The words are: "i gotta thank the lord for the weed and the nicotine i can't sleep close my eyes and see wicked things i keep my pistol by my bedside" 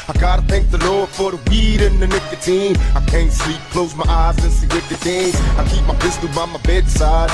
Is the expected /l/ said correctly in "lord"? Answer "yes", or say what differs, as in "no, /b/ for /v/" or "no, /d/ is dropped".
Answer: yes